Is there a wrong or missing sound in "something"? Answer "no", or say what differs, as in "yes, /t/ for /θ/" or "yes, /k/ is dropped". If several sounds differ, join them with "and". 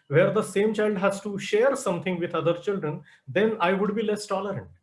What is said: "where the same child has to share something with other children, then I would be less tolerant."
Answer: yes, /t/ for /θ/